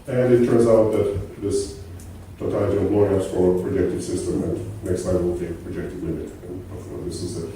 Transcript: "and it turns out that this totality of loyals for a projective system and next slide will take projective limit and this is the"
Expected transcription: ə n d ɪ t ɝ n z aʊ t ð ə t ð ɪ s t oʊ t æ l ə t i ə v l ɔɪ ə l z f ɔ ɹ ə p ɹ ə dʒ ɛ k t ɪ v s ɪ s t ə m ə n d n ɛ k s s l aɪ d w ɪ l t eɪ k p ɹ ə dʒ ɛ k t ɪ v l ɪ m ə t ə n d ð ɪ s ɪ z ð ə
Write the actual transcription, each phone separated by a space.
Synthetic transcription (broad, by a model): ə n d ɪ t ɝ n z aʊ t ð ə t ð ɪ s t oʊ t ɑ ə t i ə p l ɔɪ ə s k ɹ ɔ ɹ ə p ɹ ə dʒ ɛ k t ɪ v s ɪ s t ə m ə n n ɛ k s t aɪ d w ɪ l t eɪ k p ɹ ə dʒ ɛ k t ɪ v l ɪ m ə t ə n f ð ɪ s ɪ z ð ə